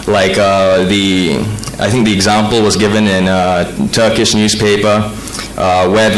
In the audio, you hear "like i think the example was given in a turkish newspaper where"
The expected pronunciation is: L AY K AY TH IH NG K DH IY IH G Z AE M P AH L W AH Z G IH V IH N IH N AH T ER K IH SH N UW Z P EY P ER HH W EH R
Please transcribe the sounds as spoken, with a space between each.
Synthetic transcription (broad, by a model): L AY K AY TH IH NG K DH IY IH G Z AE M P L W AH Z G IH V IH N IH N AH T ER K IH SH N UW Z P EY P ER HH W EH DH